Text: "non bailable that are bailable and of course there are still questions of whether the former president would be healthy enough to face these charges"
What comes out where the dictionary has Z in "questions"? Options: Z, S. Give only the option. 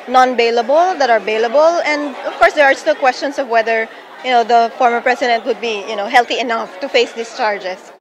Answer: S